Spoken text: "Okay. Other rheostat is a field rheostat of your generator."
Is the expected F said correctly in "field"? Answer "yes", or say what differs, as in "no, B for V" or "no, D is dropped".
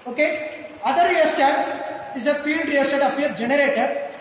yes